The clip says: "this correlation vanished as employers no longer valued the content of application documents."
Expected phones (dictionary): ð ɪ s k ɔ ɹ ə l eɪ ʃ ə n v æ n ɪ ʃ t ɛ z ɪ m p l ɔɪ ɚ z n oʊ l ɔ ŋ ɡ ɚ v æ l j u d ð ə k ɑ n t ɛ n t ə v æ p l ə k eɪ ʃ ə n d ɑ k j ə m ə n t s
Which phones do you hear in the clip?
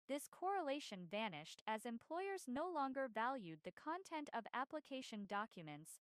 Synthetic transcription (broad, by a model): ð ɪ s k ɔ ɹ ə l eɪ ʃ ə n v æ n ɪ ʃ t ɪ z ɪ m p l ɔɪ ɚ z n oʊ l ɔ ŋ ɡ ɚ v æ l j u d ð ə k ɑ n t ɛ n t ə v æ p l ə k eɪ ʃ ə n d ɑ k j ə m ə n t s